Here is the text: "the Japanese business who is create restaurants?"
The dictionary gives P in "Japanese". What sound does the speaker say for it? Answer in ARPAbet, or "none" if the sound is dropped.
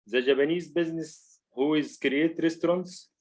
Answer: B